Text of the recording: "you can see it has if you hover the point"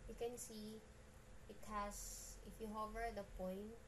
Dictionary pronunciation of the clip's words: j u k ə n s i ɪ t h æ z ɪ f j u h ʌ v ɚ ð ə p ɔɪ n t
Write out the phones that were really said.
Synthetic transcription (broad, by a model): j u k ə n s i ɪ t h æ s ɪ f j u h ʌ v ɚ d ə p ɔɪ n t